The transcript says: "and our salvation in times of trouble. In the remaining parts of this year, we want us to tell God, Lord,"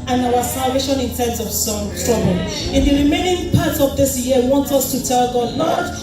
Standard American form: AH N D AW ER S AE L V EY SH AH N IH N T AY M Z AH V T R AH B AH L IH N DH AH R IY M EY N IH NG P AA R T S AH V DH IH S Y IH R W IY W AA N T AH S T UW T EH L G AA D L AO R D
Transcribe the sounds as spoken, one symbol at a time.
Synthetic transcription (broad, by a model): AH N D AW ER S AE L V EY SH AH N IH N T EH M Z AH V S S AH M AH N IH N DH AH R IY M EY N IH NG P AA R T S AH V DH IH S Y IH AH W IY W AA N T AH S T UW T EH L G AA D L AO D